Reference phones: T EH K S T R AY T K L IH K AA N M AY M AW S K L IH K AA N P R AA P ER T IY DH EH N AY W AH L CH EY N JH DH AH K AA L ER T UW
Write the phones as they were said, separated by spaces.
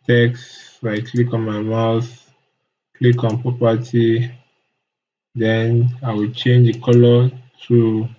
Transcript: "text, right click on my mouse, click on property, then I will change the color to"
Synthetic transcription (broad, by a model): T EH K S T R AY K L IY K AA N M AY M AW TH K L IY K AA N P R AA P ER T IY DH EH N AY W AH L CH EY N JH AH K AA L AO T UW